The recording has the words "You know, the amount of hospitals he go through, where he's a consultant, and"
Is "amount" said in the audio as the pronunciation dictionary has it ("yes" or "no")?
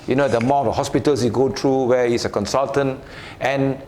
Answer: no